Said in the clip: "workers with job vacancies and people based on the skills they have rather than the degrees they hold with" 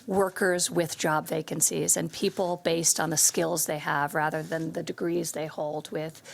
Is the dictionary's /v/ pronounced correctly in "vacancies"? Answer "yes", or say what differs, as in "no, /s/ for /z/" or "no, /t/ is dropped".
yes